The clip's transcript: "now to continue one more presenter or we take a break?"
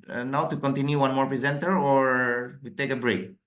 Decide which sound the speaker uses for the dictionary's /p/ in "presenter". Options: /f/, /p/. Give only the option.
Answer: /p/